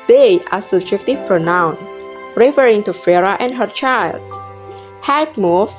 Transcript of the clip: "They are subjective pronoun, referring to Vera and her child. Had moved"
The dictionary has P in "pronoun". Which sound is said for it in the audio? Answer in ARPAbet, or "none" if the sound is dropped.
P